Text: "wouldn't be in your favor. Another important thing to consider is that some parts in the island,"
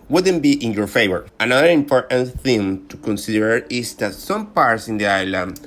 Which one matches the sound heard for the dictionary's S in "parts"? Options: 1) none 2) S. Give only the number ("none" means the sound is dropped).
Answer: 2